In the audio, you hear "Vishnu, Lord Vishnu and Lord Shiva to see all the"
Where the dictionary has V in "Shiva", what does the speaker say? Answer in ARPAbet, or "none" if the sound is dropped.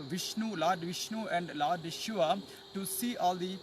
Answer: none